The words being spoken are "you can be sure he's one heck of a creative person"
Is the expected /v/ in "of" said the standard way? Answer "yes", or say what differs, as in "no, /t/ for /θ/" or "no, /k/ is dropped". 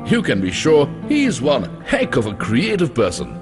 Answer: yes